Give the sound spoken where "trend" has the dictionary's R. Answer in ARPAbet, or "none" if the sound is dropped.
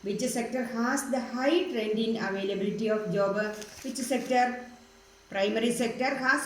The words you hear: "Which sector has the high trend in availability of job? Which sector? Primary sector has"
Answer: R